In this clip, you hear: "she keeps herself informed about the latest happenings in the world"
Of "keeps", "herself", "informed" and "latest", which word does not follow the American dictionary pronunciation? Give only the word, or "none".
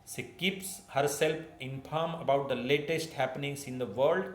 informed